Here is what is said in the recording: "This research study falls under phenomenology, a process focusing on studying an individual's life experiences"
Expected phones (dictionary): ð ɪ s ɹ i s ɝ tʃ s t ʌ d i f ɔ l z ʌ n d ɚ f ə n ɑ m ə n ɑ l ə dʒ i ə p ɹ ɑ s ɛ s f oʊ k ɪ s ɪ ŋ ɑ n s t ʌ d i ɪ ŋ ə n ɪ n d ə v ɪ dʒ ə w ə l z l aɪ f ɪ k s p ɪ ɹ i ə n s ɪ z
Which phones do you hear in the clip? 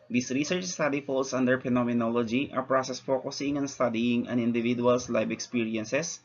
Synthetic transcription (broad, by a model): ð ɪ s ɹ i s ɝ tʃ s t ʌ d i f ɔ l s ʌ n d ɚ p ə n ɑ m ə n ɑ l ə dʒ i ə p ɹ ɑ s ɛ s f oʊ k ɪ s ɪ ŋ ɑ n s t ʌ d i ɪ ŋ ə n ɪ n d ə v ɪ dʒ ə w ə l s l aɪ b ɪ k s p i ɹ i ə n s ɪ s